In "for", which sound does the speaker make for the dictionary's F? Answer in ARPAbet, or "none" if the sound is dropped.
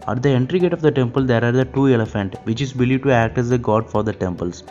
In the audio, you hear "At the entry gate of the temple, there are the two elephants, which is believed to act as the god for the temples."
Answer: F